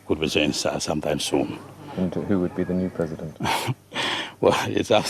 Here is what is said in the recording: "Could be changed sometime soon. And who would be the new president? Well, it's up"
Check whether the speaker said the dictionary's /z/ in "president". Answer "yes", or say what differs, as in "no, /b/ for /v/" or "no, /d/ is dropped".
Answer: yes